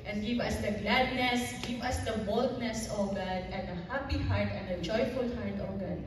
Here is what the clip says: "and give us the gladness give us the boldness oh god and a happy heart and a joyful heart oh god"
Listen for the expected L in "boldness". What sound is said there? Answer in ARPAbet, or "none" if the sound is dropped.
L